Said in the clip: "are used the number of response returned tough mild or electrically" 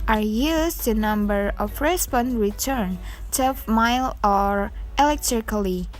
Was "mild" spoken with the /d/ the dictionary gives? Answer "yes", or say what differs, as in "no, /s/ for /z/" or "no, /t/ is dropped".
no, /d/ is dropped